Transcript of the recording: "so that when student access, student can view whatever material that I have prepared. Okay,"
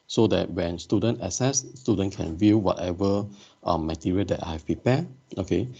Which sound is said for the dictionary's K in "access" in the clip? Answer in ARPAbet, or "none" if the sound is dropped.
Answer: none